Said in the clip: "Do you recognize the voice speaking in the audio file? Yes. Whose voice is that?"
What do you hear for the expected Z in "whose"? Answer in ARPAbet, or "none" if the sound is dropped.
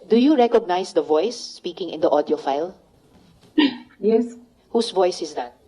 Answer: S